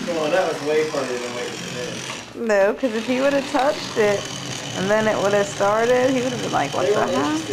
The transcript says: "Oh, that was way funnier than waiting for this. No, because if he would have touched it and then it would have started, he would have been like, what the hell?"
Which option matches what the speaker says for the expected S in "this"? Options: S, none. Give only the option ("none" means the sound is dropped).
none